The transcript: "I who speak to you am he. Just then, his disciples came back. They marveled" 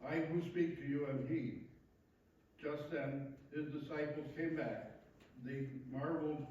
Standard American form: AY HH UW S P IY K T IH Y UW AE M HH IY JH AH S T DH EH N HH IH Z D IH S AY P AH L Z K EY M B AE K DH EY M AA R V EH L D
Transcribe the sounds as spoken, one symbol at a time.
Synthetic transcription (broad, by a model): AY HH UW S P IY K T IH Y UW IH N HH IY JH AH S T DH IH N HH IH Z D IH S AY P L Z K EY M B AE K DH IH M AA R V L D